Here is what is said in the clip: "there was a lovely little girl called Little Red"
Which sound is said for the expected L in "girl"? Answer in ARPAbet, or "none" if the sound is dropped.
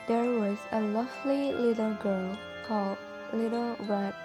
N